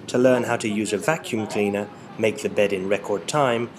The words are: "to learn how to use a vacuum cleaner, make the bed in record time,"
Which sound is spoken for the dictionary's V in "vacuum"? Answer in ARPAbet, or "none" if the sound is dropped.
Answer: V